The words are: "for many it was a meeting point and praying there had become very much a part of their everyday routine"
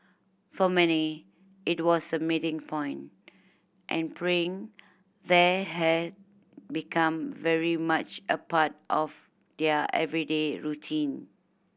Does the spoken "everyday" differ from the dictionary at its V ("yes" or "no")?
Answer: no